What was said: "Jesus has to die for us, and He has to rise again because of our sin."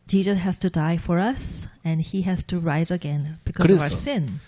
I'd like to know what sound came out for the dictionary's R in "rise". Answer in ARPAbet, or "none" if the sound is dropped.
R